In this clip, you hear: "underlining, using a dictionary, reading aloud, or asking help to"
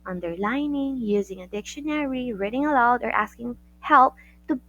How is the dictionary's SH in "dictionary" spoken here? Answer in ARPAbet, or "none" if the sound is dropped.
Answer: SH